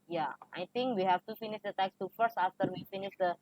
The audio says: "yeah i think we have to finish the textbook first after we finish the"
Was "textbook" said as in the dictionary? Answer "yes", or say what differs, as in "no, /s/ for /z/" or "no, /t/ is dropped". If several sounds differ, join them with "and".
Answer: no, /b/ is dropped